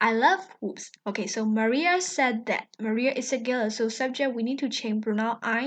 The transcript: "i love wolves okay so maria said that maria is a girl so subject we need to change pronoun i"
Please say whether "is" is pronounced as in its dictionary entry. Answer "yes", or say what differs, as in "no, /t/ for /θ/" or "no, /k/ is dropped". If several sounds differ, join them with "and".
no, /s/ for /z/